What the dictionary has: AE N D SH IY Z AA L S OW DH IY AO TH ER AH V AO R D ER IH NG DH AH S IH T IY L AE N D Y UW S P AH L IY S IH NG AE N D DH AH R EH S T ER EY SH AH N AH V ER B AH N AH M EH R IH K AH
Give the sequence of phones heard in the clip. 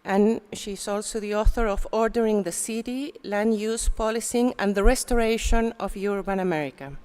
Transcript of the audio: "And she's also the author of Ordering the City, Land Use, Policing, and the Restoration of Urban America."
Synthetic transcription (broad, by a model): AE N SH IY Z AA L S OW DH IY AO TH ER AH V AO R D ER IH NG DH AH S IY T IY L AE N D Y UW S P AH L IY S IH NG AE N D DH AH R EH S T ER EY SH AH N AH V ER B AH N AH M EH R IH K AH